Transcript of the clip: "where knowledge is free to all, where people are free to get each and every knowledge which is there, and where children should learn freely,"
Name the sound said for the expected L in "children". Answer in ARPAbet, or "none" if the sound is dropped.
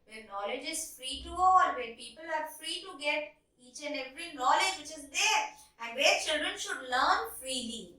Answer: L